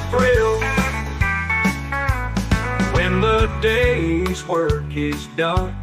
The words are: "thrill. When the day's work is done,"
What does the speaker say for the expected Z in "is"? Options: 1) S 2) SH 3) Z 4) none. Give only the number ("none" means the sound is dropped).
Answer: 3